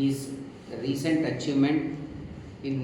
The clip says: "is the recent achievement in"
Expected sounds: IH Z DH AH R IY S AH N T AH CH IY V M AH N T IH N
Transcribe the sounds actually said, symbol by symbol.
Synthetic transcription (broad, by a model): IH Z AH R IY S AH N T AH CH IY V M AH N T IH N